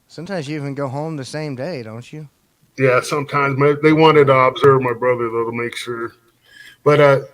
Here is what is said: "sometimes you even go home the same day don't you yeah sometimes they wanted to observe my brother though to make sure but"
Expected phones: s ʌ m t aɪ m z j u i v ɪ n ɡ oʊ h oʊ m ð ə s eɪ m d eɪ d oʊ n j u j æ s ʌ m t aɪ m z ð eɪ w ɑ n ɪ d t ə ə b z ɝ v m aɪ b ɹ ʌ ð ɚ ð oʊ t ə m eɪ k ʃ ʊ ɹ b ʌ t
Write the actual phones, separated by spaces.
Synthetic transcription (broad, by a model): s ʌ m t aɪ m z j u i v ɪ n ɡ oʊ h oʊ m ð ə s eɪ m d eɪ d oʊ n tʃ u j æ s ʌ m t aɪ m z ð eɪ w ɑ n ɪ d t ə ə b z ɝ v m aɪ b ɹ ʌ ð ɚ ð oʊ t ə m eɪ k ʃ ʊ ɹ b ʌ t